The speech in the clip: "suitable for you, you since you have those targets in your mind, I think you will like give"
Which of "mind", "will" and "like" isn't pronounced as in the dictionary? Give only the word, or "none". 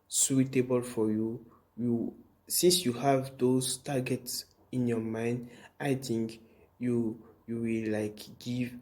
will